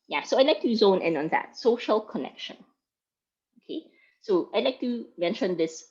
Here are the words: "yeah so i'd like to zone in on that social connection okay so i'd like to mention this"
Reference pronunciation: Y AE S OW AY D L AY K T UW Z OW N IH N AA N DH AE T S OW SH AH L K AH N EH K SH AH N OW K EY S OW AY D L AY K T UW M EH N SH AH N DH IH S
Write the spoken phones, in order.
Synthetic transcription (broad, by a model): Y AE S OW AY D L AY K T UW Z OW N IH N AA N DH AE T S OW SH AH L K AH N EH K SH AH N OW K EY S OW AY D L AY K T UW M EH N SH AH N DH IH S